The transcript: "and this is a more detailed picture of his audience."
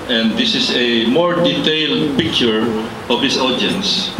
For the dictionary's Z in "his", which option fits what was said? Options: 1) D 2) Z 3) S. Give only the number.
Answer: 3